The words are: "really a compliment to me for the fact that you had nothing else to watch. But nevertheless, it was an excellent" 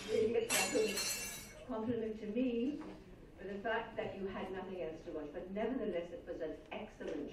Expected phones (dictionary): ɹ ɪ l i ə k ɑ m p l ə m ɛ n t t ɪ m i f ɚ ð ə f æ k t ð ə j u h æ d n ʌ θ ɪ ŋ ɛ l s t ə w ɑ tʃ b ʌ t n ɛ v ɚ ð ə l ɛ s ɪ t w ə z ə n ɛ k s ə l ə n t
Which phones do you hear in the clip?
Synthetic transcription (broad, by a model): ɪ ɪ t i ə k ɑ m p l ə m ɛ n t t ɪ m i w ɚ ð ə f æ k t ð ə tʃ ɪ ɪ d n ʌ θ ɪ ŋ ɛ l s t ə w ɑ tʃ b ʌ t n ɛ v ɚ ð ə l ɛ s ɪ t w ə z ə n ɛ k s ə l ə n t